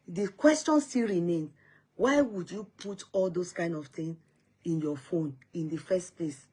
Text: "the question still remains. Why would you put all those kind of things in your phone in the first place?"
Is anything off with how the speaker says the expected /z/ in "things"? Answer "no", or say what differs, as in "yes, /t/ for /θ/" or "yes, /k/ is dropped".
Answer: yes, /z/ is dropped